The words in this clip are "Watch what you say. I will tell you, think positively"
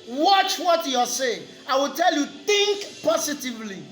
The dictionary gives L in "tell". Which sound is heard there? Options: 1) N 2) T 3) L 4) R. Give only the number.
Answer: 3